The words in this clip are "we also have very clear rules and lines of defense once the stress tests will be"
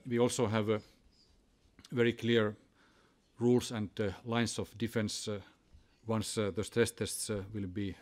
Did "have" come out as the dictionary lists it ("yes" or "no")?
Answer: yes